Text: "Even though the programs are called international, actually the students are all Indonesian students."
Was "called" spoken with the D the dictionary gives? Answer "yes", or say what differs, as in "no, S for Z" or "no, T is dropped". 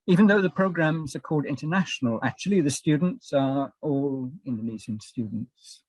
yes